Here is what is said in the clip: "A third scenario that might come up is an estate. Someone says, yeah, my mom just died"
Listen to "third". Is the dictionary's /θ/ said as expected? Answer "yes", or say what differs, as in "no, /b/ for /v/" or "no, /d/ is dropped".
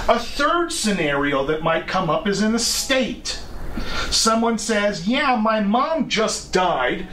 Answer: yes